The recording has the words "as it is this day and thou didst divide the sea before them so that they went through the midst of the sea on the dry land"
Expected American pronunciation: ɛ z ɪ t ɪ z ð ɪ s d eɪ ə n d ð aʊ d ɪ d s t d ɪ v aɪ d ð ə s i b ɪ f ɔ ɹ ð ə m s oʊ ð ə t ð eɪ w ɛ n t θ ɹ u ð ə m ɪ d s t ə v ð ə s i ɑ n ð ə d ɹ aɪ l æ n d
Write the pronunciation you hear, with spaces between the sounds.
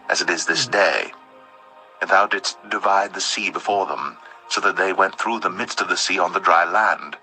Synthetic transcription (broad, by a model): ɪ z ɪ t ɪ z ð ɪ s d eɪ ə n ð aʊ d ɪ d s t d ɪ v aɪ d ð ə s i b ɪ f ɔ ɹ ð ə m s oʊ ð ə t ð eɪ w ɛ n θ ɹ u ð ə m ɪ d s t ə v ð ə s i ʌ n ð ə d ɹ aɪ l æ n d